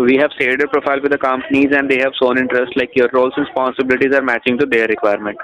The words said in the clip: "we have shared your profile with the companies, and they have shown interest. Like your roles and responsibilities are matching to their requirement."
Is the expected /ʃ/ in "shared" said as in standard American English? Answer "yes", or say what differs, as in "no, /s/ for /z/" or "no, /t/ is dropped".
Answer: no, /s/ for /ʃ/